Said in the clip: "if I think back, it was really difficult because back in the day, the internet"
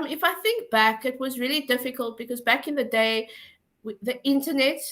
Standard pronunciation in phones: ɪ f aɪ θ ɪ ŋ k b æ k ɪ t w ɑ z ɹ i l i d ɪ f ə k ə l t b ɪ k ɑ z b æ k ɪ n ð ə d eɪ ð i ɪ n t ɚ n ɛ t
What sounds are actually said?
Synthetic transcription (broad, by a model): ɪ f aɪ θ ɪ ŋ k b æ k ɪ t w ɑ z ɹ i l i d ɪ f ə k ə l t b ɪ k ɑ z b æ k ɪ n ð ə d eɪ ð i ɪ n t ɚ n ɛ t